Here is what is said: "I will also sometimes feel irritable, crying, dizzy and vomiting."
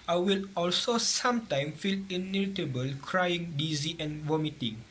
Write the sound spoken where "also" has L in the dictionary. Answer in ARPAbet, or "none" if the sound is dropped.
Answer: L